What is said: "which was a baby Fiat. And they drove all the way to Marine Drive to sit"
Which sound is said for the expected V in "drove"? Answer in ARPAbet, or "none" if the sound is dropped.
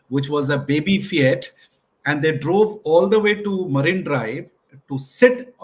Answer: V